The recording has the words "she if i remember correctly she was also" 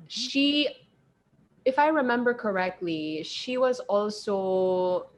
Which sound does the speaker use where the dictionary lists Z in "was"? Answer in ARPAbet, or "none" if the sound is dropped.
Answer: Z